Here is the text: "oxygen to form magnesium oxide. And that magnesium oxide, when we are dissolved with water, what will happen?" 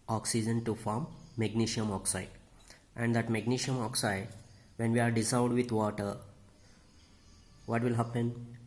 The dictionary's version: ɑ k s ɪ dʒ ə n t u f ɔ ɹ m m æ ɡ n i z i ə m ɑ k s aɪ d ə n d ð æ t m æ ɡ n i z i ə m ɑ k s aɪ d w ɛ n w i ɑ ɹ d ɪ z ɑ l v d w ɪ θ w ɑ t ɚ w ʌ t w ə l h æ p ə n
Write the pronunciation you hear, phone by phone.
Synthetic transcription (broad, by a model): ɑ k s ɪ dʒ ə n t u f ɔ ɹ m m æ ɡ n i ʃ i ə m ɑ k s aɪ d ə n d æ t m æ ɡ n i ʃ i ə m ɑ k s aɪ d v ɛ n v i ɑ ɹ d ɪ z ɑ v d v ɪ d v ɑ t ɚ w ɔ t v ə l h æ p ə n